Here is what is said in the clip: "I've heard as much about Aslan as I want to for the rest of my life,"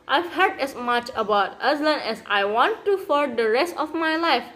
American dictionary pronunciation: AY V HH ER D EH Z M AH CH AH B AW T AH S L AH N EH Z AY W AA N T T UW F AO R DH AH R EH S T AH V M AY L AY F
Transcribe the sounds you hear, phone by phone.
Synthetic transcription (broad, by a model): AY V HH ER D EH S M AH CH AH B AW T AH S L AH N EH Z AY W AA N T T UW F AO R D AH R EH S T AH F M AY L AY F